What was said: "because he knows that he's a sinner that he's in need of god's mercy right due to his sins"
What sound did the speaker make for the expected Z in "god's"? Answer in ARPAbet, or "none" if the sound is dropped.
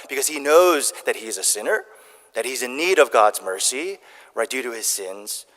Z